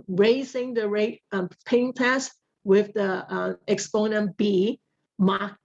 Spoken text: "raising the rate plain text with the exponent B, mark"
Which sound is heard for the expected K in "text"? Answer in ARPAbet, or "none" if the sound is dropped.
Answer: none